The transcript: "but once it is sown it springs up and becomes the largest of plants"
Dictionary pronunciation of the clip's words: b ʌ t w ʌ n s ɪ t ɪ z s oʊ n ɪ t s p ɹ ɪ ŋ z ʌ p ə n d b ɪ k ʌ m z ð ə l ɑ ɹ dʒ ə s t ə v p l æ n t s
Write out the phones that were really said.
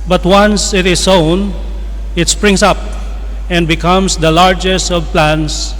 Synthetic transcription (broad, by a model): b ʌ t w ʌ n s ɪ t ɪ s oʊ n ɪ t s p ɹ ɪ ŋ s ʌ p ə n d b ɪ k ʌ m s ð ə l ɑ ɹ dʒ ə s t ə v p l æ n s